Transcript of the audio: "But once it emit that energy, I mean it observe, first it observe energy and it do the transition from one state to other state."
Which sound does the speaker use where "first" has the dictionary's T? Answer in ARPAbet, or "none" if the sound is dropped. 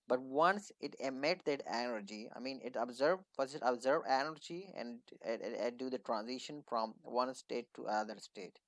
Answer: none